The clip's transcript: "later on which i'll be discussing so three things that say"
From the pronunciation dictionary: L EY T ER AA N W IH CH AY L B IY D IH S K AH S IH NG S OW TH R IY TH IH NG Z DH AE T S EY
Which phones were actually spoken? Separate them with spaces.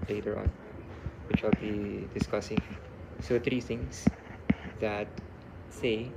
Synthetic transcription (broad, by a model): L EY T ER AA N W IH CH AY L B IY D IH S K AH S IH NG S OW T R IY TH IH NG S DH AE T S EY